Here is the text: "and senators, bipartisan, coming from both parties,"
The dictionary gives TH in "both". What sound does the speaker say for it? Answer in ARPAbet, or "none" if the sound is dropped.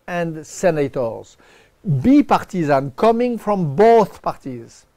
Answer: TH